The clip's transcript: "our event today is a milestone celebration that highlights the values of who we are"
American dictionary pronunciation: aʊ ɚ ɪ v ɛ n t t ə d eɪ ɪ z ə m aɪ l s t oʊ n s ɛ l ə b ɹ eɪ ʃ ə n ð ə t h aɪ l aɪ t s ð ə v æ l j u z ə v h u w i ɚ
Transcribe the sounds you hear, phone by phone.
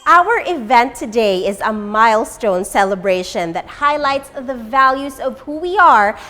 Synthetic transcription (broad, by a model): aʊ ɚ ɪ v ɛ n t t ə d eɪ ɪ z ə m aɪ l s t oʊ n s ɛ l ə b ɹ eɪ ʃ ə n ð ə t h aɪ l aɪ t s ð ə v æ l j u z ə v h u w i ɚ